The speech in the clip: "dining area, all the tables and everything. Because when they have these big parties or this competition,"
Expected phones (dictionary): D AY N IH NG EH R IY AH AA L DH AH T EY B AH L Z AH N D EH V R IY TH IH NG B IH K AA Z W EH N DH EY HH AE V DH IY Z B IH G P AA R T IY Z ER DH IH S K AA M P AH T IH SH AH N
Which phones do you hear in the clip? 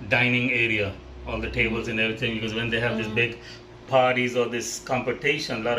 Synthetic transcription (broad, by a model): D AY N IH NG EH R IY AH AA L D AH T EY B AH L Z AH N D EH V R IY T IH NG B IH K AA Z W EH N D EY HH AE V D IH S B IH G P AA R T IY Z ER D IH S K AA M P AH T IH SH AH N